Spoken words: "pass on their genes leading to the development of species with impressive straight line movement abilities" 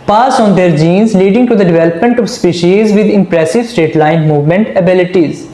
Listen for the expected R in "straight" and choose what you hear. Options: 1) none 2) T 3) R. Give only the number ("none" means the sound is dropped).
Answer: 1